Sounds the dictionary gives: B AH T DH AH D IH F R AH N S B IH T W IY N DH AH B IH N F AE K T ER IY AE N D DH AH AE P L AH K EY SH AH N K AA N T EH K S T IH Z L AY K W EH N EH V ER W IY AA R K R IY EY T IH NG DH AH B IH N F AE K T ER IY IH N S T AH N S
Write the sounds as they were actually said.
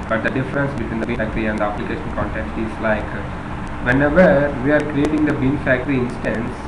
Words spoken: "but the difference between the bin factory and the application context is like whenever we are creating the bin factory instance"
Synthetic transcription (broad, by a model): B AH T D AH D IH F R AH N S B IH T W IY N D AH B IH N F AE K T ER IY AE N D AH AE P L AH K EY SH AH N K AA N T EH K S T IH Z L AY K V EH N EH V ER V IY AA R K R IY EY T IH NG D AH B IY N F AE K T ER IY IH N S T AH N S